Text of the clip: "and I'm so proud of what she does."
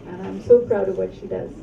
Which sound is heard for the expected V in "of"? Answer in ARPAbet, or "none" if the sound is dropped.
V